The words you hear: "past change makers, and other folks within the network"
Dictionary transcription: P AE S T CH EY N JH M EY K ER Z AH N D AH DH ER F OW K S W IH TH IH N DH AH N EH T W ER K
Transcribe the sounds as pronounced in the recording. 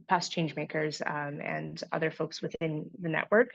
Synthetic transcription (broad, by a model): P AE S CH EY N JH M EY K ER Z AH N AH DH ER F OW K S W IH TH IH N DH AH N EH T W ER K